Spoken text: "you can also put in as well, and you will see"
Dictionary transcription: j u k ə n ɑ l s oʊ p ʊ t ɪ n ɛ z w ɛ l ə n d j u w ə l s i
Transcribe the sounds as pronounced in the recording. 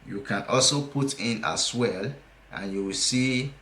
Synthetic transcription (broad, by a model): j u k ə n ɑ l s oʊ p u t ɪ n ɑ s w ɛ l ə n j u w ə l s i